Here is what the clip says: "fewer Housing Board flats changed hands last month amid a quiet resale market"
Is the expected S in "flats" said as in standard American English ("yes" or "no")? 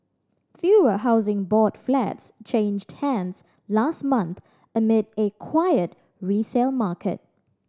yes